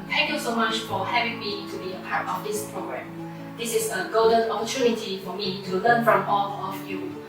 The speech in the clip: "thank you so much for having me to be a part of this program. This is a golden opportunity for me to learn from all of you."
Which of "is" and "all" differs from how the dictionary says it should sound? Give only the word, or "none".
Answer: is